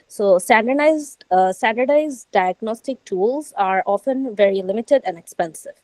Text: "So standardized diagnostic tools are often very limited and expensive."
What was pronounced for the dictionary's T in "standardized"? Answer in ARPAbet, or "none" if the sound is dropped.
S